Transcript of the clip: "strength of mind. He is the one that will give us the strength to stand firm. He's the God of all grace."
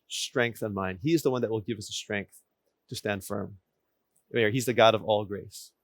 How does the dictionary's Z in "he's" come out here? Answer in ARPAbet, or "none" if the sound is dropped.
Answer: Z